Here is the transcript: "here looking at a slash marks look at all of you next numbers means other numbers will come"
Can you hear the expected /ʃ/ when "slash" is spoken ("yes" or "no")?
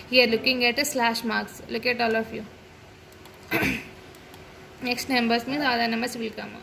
yes